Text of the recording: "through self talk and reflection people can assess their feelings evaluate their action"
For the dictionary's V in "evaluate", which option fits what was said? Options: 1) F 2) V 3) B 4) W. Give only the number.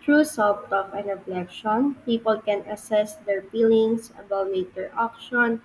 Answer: 3